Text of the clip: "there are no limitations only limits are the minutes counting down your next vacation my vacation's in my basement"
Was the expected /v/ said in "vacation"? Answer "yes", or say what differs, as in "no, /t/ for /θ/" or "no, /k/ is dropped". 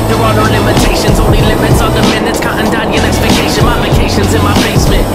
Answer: no, /p/ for /v/